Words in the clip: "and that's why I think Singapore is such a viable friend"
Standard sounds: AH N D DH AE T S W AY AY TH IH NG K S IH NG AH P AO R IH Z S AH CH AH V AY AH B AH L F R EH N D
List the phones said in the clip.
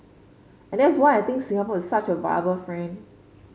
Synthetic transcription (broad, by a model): AH N D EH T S W AY AY T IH NG K S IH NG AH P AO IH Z S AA CH AH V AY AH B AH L F R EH N